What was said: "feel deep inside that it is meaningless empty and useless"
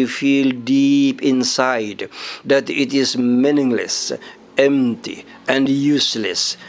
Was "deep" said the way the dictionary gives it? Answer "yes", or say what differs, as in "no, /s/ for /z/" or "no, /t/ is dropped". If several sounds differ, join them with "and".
yes